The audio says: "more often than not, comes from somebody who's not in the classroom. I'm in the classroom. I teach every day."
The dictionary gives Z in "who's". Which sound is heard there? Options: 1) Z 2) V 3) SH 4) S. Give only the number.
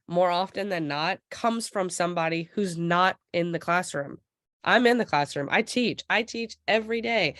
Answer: 1